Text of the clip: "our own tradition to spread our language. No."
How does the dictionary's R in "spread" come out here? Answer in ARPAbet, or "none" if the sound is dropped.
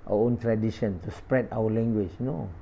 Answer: R